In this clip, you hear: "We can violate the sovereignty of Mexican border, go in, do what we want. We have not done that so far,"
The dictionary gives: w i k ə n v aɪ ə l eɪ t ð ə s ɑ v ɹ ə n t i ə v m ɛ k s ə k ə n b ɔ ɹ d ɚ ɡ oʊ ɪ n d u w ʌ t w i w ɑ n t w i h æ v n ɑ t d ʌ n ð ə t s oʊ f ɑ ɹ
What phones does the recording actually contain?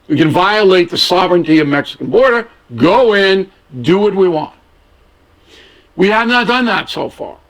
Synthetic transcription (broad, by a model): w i k ə n v aɪ ə l eɪ t ð ə s ɑ v ɹ ə n t i ə v m ɛ k s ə k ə n b ɔ ɹ d ɚ ɡ oʊ ɪ n d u w ʌ t w i w ɑ n t w i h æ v n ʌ t d ʌ n ð ə t s oʊ f ɑ ɹ